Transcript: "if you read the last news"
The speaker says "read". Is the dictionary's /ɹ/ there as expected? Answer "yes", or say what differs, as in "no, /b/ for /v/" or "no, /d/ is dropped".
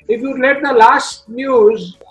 no, /l/ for /ɹ/